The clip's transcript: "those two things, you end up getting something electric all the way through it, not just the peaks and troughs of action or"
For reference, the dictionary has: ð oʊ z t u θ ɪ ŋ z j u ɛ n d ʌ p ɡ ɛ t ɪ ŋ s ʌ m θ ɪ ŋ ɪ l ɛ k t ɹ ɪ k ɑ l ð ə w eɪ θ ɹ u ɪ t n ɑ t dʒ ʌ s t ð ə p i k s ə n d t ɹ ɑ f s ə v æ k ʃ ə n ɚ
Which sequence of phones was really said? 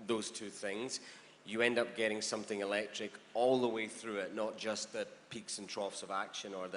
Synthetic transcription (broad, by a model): ð oʊ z t u θ ɪ ŋ z j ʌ ɛ n d ʌ p ɡ ɛ t ɪ ŋ s ʌ m θ ɪ ŋ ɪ l ɛ k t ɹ ɪ k ɑ l ð ə w eɪ θ ɹ u ɪ t n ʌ t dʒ ʌ s ð ə p i k s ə n t ɹ ɑ f s ə v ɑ k ʃ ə n ɚ